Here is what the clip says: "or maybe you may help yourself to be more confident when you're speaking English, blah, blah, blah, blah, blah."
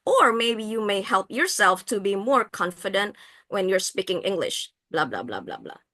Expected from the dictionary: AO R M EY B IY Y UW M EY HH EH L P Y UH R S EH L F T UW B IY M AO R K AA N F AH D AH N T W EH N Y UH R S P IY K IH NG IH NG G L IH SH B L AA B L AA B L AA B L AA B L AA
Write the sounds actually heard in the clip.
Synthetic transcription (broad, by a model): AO R M EY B IY Y UW M EY HH EH L P Y UH R S EH L F T UW B IY M AO R K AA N F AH D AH N T W EH N Y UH R S P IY K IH NG IH NG G L IH SH B L AA B L AA B L AA B L AA B L AA